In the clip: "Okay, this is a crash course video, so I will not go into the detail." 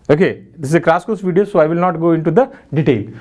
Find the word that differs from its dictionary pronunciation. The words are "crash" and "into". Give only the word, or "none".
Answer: crash